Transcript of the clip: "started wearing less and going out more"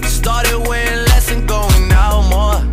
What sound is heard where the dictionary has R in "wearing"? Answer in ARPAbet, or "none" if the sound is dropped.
none